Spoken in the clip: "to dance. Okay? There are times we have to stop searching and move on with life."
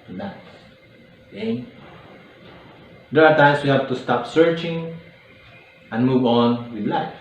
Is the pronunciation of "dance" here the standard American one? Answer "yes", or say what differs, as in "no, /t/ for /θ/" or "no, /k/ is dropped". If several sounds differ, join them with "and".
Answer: no, /n/ is dropped